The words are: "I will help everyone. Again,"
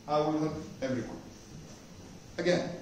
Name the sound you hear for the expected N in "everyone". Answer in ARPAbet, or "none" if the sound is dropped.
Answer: none